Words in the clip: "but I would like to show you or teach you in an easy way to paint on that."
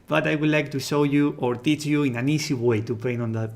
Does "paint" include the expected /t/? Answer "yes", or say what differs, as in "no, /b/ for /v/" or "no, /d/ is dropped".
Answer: no, /t/ is dropped